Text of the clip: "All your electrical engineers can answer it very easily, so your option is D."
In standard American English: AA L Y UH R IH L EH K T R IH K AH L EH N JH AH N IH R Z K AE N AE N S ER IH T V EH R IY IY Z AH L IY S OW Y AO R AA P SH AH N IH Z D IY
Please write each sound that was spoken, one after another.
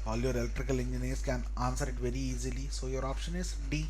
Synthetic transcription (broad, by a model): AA L Y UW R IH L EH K T R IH K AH L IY N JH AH N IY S K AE N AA N S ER IH T V EH R IY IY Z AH L IY S OW Y AO R AA P SH AH N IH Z D IY